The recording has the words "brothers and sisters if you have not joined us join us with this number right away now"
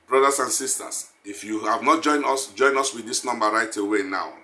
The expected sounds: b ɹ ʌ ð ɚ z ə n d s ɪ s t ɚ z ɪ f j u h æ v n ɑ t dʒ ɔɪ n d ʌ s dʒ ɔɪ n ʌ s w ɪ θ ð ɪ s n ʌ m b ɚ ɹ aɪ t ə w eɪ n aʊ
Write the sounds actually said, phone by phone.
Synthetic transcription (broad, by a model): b ɹ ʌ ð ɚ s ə n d s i s t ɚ s ɪ f j u h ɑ v n ɑ t dʒ ɔɪ n d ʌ s dʒ ɔɪ n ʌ s w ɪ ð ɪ s n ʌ m b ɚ ɹ aɪ t ə w eɪ n aʊ